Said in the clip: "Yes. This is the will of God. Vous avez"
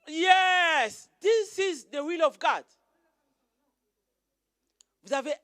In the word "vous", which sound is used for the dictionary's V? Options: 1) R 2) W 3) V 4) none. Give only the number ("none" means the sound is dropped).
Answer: 2